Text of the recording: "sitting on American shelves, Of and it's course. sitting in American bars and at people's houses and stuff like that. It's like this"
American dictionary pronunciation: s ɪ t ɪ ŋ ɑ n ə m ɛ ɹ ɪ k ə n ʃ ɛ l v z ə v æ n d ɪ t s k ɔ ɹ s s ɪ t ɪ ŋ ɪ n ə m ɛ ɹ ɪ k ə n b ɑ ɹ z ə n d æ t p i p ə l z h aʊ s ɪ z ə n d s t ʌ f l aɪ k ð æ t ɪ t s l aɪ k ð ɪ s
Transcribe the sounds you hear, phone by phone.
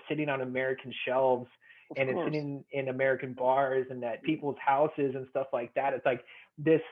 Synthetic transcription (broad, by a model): s ɪ t ɪ ŋ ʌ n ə m ɛ ɹ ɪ k n ʃ ɛ l v z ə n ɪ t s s s ɪ t ɪ ŋ ɪ n ə m ɛ ɹ ɪ k ə n b ɑ ɹ z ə n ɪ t p i p l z h aʊ s ɪ z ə n s t ʌ f l aɪ k ð æ t ɪ t s l aɪ k ð ɪ s